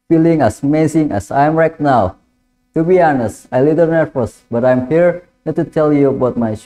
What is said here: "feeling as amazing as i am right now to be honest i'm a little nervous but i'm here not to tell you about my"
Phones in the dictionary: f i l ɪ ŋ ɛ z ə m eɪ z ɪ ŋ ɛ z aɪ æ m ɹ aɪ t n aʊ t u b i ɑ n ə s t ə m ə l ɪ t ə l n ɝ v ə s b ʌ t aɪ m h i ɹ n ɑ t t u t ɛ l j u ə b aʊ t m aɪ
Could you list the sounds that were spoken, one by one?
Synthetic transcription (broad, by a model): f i l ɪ ŋ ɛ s m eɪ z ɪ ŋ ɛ s aɪ m ɹ aɪ t n aʊ t u b i ɑ n ə s t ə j l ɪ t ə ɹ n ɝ f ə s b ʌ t aɪ m h i ɹ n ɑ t t u t ɛ l j u ə b aʊ t m aɪ